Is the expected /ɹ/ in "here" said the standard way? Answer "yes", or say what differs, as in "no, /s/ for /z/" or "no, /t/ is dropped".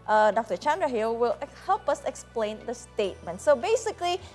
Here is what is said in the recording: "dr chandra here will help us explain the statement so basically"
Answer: no, /l/ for /ɹ/